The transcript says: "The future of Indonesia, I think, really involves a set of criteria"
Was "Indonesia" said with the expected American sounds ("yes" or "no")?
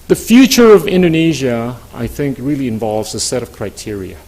yes